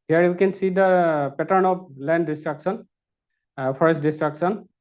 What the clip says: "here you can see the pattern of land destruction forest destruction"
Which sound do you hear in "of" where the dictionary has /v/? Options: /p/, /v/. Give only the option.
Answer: /p/